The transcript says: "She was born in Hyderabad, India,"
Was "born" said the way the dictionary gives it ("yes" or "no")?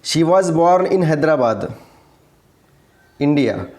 yes